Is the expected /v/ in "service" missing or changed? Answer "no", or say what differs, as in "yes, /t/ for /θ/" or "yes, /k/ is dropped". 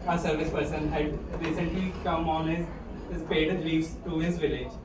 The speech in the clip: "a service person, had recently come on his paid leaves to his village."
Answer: no